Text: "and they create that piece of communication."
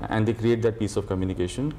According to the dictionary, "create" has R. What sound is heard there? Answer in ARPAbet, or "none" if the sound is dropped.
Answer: R